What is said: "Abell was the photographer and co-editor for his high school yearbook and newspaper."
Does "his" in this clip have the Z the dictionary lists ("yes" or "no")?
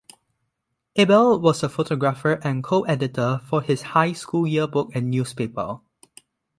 no